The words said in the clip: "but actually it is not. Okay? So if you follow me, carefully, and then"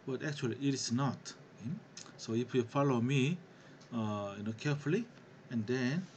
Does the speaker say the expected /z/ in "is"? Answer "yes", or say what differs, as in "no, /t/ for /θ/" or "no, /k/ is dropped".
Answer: no, /s/ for /z/